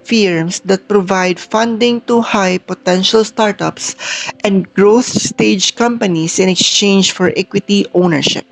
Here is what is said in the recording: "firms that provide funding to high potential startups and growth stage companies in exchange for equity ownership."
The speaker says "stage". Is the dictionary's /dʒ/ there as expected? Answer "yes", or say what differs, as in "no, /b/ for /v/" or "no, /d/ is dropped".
yes